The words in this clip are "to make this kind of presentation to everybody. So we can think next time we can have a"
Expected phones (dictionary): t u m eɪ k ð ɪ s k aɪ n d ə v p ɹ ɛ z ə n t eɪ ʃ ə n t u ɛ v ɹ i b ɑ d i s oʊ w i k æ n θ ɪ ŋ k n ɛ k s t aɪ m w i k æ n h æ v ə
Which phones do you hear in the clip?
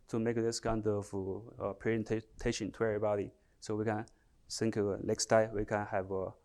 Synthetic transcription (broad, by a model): t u m eɪ k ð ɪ s k aɪ n d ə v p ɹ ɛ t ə t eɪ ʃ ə n t u ɛ v ɹ i b ɑ d i s oʊ w i k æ n s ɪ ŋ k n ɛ k s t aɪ w i k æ n h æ v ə